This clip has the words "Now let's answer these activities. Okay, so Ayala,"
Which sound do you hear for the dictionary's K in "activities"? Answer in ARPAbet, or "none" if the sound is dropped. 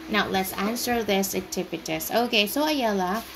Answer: none